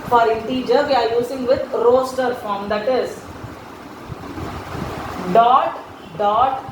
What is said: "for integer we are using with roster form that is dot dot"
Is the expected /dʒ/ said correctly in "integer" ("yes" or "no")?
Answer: yes